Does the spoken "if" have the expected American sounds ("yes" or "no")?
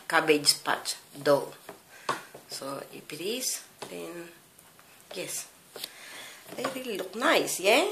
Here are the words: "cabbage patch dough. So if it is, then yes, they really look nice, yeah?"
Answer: no